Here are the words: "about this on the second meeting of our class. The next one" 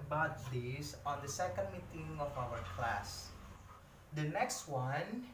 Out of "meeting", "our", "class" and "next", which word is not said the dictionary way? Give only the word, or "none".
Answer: none